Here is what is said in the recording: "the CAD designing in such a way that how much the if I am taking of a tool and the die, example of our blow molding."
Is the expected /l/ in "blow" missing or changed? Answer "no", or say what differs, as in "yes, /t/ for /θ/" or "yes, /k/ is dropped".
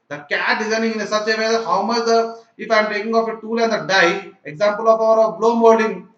no